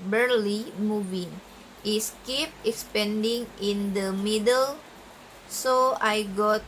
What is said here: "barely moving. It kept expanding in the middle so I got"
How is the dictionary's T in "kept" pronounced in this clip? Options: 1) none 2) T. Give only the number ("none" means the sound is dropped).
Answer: 1